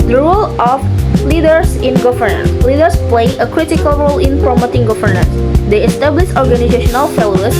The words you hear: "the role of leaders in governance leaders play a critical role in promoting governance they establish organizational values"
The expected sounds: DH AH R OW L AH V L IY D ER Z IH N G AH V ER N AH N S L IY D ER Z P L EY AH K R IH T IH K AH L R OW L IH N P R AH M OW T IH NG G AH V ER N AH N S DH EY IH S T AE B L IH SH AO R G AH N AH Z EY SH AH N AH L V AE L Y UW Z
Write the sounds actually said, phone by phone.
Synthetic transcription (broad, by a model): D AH R OW L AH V L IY D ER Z IH N G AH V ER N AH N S L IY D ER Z P L EY AH K R IH T IH K AH L R OW L IH N P R AH M OW T IH NG G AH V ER N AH N S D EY IH S T AE B L IH SH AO R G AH N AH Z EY SH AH N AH L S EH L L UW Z